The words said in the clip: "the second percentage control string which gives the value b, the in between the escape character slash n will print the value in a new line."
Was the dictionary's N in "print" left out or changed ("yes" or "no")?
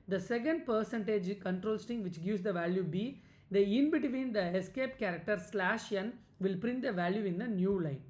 no